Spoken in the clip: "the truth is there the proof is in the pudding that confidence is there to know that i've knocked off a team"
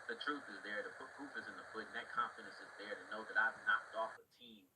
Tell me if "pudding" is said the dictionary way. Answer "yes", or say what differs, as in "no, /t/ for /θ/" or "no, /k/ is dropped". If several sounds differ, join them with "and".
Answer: no, /f/ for /p/